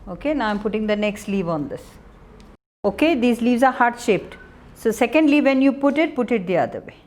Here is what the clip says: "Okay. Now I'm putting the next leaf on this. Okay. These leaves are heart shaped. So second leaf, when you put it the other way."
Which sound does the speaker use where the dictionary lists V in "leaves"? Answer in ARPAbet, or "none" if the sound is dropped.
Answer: V